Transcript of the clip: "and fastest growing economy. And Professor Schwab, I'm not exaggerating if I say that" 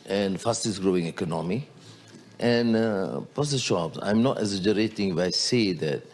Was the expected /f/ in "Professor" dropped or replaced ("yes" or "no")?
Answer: yes